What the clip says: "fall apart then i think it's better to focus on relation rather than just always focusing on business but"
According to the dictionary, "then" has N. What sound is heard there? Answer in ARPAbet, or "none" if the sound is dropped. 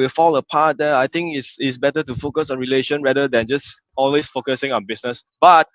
none